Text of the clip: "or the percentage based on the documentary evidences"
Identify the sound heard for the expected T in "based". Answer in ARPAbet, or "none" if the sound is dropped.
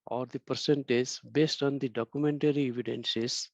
T